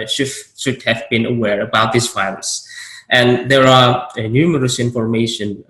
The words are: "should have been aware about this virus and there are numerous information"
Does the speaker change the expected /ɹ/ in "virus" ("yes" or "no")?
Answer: yes